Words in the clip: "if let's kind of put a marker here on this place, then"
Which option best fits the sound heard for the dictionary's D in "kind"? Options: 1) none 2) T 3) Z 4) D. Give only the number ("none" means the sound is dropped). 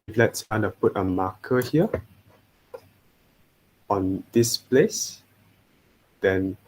1